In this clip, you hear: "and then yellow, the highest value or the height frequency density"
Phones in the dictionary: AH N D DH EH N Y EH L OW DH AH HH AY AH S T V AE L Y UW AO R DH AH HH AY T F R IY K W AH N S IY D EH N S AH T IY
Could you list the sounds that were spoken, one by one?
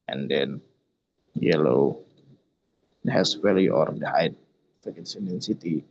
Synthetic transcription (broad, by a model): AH N D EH N Y EH L OW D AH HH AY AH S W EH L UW AO R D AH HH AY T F IY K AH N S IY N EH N S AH T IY